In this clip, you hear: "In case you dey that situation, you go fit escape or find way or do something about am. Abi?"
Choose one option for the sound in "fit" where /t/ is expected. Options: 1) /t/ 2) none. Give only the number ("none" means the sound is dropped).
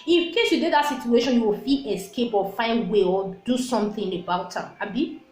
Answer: 2